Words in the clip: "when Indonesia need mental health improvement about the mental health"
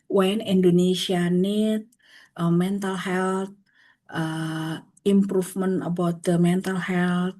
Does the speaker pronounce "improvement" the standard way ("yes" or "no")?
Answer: no